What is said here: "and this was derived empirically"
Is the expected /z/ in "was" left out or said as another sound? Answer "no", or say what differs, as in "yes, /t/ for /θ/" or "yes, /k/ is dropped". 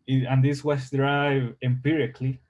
yes, /s/ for /z/